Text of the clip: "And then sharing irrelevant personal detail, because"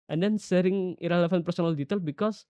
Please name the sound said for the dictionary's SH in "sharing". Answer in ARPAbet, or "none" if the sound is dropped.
S